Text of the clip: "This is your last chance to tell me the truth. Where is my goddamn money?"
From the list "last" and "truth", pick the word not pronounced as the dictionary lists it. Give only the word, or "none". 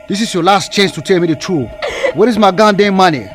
truth